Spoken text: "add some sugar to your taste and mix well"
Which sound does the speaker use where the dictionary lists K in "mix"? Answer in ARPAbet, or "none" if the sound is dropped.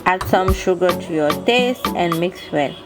K